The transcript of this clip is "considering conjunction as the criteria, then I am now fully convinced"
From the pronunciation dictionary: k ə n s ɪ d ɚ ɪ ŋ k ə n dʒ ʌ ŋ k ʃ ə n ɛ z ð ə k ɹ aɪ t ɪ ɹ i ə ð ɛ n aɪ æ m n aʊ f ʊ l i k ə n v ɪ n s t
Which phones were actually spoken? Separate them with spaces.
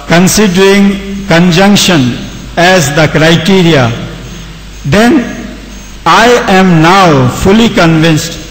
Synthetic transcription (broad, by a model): k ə n s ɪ d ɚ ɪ ŋ k ə n dʒ ʌ ŋ k ʃ ə n ɛ z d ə k ɹ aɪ t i ɹ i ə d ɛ n aɪ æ m n aʊ f ʊ l i k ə n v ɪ n s t